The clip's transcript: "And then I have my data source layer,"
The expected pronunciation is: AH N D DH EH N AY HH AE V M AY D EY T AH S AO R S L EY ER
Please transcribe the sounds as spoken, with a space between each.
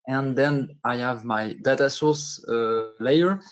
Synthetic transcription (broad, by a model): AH N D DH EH N AY HH AE V M AY D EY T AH S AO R S L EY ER